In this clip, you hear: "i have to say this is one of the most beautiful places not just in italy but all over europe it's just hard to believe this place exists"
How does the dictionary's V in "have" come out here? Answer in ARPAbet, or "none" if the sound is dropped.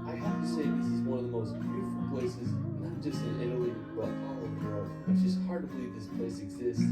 F